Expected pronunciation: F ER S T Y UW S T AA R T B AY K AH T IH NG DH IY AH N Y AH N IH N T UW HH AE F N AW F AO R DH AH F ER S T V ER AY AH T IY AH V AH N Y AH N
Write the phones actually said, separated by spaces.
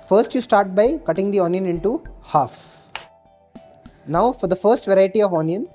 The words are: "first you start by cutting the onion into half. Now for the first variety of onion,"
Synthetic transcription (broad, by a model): F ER S T Y UW S T AA R T B AY K AH T IH NG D IY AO N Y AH N IH N T UW HH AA F N AW F AO R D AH F ER S T V ER AY AH T IY AH V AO N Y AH N